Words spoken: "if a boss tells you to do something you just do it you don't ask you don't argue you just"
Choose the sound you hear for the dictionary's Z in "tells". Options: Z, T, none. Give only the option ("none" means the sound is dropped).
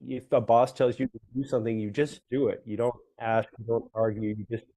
Z